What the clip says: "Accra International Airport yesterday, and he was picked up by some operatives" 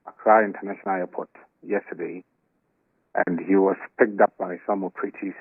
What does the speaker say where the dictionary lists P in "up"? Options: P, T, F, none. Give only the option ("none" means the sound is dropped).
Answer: P